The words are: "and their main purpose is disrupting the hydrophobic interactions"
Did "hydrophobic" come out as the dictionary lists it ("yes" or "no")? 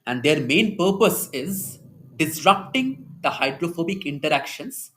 yes